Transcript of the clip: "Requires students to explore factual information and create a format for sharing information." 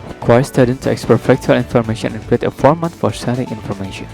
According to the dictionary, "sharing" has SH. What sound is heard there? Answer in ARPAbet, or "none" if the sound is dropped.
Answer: S